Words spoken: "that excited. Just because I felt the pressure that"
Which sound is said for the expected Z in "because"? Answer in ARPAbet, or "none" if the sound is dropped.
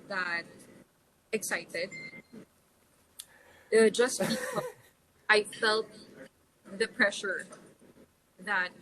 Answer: none